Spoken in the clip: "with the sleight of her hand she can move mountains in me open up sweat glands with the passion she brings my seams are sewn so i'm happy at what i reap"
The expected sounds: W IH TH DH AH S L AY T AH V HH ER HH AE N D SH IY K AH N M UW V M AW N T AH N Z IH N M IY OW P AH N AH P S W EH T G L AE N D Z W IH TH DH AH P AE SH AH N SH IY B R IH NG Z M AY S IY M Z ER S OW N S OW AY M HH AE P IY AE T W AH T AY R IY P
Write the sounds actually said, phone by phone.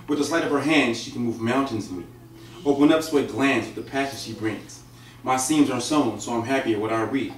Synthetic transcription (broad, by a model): W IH DH AH S L AY T AH V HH ER HH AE N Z SH IY K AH N M UW V M AW N T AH N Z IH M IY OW AH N AH P S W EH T G L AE N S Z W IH DH AH P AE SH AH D SH IY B R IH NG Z M AY S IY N Z ER S OW N S OW AY M HH AE P IY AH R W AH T AY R IY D